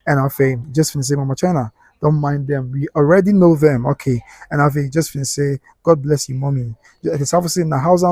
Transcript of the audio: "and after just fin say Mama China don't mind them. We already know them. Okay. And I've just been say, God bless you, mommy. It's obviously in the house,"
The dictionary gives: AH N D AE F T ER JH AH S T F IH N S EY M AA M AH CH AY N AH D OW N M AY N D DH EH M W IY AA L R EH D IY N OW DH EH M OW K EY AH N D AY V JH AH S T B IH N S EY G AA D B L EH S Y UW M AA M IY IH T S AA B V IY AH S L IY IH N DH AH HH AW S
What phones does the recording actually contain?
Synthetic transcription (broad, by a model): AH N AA F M JH AH S T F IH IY S EY M AA M AH CH AY N AH D OW N M AY N D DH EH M W IY AA L R EH D IY N OW DH EH M OW K EY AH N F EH JH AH S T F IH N S EY G AA D B L EH S Y UW M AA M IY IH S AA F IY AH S IY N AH HH AW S